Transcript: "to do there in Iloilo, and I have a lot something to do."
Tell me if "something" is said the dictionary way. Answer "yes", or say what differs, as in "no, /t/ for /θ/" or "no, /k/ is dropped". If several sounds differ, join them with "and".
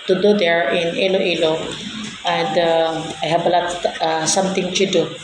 no, /t/ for /θ/